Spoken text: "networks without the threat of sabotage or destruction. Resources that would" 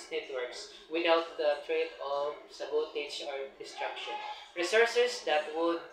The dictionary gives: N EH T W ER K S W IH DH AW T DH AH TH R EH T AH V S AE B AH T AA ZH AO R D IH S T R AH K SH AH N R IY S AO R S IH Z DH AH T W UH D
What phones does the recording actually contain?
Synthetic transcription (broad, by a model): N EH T W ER K S W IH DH AW T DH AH T R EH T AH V S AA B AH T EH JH AO R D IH S T R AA K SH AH N R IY S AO R S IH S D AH T W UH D